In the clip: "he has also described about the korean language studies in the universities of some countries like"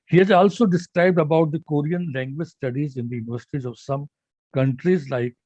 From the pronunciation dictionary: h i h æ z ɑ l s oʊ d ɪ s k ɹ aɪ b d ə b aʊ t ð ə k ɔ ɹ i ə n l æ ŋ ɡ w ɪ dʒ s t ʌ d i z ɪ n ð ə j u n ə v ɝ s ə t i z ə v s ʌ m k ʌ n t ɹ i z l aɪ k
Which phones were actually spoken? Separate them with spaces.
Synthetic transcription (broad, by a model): h i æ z ɑ l s oʊ d ɪ s k ɹ aɪ b d ə b aʊ t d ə k ɔ ɹ i ə n l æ ŋ ɡ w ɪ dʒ s t ʌ d i z ɪ n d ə j u n ə v ɝ s ə t i z ə v s ʌ m k ʌ n t ɹ i z l aɪ k